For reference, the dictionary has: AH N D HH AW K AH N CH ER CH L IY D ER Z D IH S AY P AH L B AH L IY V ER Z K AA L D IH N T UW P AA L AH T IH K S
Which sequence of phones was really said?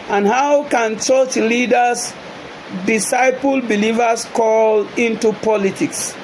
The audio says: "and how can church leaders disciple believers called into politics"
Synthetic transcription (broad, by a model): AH N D HH AW K AH N CH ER CH L IY D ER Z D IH S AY P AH L B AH L IY V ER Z K AA L IH N T UW P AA L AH T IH K S